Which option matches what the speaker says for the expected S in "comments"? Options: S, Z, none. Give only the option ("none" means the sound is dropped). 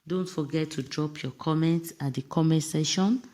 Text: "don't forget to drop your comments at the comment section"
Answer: S